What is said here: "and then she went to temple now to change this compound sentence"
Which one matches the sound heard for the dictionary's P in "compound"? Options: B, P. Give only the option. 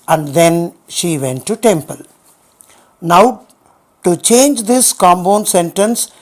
B